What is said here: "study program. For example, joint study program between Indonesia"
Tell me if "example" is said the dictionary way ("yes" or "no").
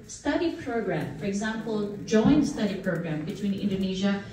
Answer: yes